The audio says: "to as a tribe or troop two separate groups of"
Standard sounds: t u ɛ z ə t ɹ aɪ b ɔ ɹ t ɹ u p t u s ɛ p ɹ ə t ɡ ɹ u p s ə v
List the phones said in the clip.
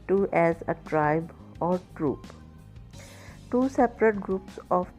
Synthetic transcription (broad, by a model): t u ɛ z ə t ɹ aɪ b ɔ ɹ t ɹ u p t u s ɛ p ɹ ə t ɡ ɹ u p s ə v